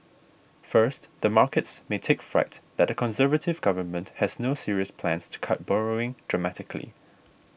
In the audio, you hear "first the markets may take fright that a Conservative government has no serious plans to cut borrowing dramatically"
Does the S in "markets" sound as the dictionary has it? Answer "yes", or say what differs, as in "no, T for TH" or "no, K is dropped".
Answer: yes